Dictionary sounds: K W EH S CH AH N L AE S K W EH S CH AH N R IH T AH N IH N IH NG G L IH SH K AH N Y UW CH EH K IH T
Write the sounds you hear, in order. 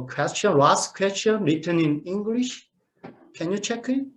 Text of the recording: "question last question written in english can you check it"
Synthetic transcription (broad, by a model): K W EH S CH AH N W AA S K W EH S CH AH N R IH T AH N IH N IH NG G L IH SH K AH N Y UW CH EH K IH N